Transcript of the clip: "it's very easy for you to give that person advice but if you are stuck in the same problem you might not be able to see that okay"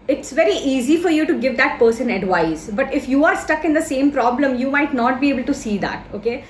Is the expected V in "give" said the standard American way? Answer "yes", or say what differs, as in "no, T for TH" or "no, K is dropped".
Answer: yes